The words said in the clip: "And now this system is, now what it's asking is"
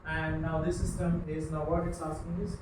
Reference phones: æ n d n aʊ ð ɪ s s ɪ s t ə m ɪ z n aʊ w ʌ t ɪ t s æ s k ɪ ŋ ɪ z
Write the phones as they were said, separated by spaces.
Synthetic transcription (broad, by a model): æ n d n aʊ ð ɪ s s ɪ s t ə m ɪ z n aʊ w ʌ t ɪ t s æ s ɪ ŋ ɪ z